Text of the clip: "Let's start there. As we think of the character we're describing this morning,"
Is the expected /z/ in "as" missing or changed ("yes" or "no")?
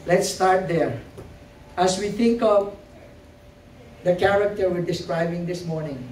yes